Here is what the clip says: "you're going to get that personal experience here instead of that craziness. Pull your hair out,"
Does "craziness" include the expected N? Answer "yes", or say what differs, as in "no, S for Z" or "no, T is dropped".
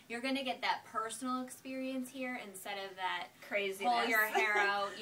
no, N is dropped